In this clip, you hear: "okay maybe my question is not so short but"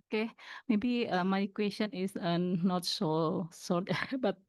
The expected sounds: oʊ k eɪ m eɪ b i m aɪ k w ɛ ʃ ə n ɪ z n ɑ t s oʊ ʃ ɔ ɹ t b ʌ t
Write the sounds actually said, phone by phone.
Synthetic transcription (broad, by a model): k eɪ m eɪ b i m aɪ k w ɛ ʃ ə n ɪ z n ɑ t s oʊ s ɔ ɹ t b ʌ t